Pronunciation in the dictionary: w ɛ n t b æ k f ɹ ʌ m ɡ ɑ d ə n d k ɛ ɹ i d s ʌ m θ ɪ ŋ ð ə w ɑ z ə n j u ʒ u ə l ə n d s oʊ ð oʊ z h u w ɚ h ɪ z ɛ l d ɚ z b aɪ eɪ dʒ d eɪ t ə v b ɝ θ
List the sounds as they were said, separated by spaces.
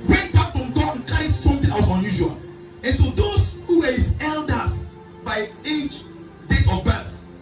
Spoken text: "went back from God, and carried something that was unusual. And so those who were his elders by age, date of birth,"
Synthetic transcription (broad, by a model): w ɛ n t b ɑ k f ɹ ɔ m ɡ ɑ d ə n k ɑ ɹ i s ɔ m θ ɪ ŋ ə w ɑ s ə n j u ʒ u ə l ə n s oʊ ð oʊ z h u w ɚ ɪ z ɛ l d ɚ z b aɪ eɪ dʒ d eɪ t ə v b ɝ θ